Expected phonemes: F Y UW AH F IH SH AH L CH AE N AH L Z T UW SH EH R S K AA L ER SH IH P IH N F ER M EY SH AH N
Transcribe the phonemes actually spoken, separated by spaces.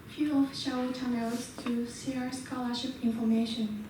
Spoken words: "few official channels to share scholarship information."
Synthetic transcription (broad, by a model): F Y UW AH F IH SH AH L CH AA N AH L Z T UW S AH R S K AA L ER SH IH P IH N F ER M EY SH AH N